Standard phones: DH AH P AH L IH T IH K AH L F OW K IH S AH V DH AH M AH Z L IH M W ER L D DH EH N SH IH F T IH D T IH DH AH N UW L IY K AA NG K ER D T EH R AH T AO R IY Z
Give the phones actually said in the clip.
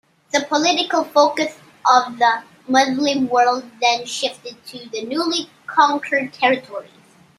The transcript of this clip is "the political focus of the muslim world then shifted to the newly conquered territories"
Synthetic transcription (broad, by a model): DH AH P AH L IH T IH K AH L F OW K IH S AH V DH AH M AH Z L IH M W ER L D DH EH N SH IH F T IH D T IH DH AH N UW L IY K AA NG K ER D T EH R AH T AO R IY Z